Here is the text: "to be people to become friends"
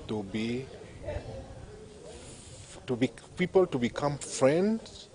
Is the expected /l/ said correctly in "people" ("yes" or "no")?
yes